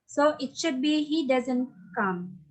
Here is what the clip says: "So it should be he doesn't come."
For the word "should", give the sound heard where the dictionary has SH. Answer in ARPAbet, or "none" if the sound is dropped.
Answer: SH